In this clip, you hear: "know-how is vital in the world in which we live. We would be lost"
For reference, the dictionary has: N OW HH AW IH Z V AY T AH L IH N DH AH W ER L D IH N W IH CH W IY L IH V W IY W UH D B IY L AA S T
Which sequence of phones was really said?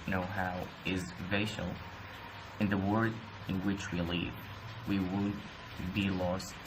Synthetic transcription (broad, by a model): N OW HH AW IH Z V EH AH L IH N DH AH W ER D IH N W IH CH W IY L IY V W IY W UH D B IY L AA S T